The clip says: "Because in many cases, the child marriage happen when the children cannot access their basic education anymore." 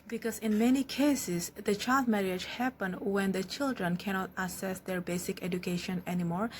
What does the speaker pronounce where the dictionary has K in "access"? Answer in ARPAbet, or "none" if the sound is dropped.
none